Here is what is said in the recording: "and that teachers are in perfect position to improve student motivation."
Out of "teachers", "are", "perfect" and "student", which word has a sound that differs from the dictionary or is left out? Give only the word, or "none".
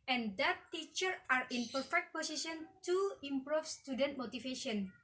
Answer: teachers